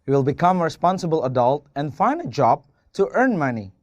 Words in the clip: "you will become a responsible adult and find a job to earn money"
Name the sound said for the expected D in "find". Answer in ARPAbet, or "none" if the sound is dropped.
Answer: D